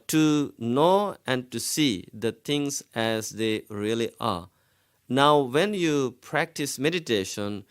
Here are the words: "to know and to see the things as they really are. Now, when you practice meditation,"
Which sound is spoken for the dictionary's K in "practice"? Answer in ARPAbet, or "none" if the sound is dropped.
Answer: K